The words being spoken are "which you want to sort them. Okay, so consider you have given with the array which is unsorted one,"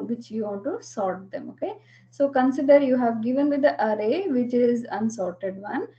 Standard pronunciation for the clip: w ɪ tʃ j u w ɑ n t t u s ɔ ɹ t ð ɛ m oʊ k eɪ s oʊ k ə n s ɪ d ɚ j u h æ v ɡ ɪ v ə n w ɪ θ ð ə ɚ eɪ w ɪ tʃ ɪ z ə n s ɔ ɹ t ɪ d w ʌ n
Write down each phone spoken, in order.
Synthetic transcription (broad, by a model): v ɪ tʃ j u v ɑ n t t u s ɔ ɹ t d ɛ m oʊ k eɪ s oʊ k ə n s ɪ d ɚ j u h æ v ɡ ɪ v ə n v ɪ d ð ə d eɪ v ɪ tʃ ɪ z ə n s ɔ ɹ t ɪ d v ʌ n